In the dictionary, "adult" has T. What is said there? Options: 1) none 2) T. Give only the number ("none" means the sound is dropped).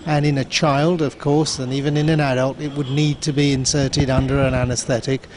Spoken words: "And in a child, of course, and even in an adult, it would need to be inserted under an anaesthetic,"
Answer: 2